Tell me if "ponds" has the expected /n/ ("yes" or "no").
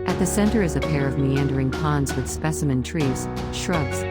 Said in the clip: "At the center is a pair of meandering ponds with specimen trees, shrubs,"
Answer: yes